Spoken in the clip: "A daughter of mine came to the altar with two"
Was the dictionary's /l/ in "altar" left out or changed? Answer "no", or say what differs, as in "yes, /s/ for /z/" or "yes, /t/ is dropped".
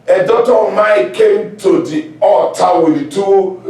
yes, /l/ is dropped